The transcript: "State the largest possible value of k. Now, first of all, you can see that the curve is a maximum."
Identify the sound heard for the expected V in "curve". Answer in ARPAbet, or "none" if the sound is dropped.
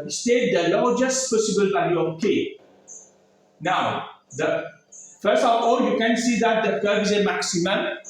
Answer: none